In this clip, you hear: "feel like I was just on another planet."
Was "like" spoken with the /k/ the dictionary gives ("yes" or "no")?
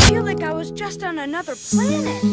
yes